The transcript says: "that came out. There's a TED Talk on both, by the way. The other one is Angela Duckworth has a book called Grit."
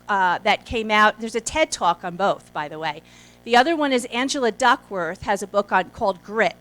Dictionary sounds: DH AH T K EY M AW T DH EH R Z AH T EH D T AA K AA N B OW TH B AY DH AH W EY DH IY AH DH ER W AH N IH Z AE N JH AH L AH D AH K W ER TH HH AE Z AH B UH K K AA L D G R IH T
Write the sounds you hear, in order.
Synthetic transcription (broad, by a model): DH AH T K EY M AW T DH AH R Z AH T EH D T AA K N B OW TH B AY DH AH W EY DH IY AH DH ER W AH N IH Z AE N JH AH L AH D AH K W ER TH HH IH Z AH B UH K K AA L D G R IH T